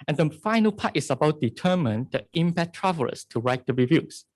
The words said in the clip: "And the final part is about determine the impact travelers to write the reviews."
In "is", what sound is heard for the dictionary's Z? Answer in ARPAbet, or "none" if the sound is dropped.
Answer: S